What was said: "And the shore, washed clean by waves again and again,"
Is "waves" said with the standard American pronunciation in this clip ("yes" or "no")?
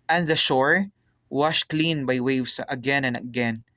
no